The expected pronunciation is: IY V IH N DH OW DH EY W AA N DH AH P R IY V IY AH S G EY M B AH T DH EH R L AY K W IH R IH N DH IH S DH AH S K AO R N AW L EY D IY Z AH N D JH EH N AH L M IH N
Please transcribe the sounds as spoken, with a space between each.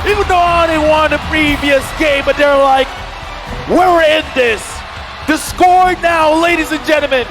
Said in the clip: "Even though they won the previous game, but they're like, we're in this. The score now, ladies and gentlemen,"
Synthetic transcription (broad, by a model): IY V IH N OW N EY W AA N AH P R IY V IY AH S G EY M B AH T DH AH R L AY K W IH R IH N DH IH S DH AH S K AO R N AW L EY D IY Z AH N JH EH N L M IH N